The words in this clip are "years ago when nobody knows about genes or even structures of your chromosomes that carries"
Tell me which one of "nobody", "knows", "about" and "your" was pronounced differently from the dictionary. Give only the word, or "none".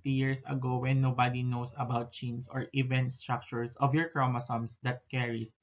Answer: knows